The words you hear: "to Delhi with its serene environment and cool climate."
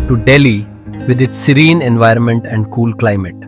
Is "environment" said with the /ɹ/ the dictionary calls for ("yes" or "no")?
yes